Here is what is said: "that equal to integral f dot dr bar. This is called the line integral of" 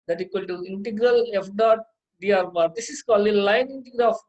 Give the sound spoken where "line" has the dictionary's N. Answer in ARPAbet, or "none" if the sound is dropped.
N